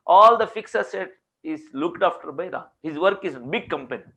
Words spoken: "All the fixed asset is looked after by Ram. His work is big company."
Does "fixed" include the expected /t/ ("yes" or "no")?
no